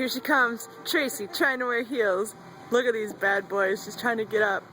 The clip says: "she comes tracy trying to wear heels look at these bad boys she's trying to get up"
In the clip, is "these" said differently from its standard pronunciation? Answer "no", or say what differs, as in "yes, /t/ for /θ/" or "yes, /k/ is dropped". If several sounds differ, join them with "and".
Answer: no